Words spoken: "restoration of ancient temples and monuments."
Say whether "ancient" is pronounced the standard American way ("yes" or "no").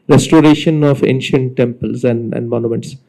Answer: yes